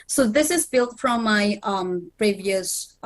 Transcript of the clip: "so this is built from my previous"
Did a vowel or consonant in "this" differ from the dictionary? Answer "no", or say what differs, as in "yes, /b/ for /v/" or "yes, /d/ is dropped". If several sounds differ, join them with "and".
no